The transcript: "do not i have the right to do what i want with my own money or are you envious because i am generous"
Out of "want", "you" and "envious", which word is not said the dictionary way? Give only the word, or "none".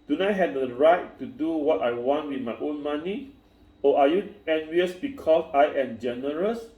none